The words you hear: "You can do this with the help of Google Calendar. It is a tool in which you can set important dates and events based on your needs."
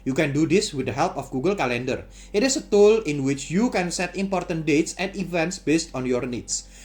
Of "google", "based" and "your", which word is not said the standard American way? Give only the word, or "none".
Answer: none